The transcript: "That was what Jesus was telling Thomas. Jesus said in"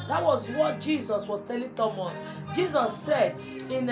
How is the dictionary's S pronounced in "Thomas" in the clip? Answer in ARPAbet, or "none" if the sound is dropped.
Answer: S